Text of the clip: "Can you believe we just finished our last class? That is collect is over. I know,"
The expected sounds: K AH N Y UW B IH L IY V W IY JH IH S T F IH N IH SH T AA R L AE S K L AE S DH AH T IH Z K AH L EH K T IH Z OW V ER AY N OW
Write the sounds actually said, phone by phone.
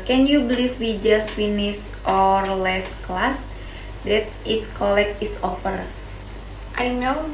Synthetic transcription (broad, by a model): K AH N Y UW B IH L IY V W IY JH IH S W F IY N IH S T AA R L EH S K L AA S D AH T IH S K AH L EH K IH S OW F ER AY N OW